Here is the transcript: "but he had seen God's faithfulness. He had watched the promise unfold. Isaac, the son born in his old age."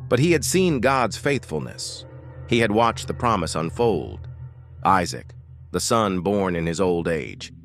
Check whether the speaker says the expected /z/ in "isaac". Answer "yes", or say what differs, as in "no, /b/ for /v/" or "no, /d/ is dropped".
yes